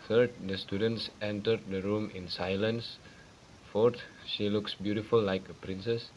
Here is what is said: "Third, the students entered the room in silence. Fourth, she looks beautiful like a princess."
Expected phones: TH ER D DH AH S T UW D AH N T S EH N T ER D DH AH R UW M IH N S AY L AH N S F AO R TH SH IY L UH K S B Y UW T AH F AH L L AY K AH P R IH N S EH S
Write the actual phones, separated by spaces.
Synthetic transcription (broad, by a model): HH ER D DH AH S T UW D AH N T S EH N T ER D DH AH R UW M IH N S AY L AH N S F AO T SH IY L UH K S B Y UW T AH F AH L L AY K AH P R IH N S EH S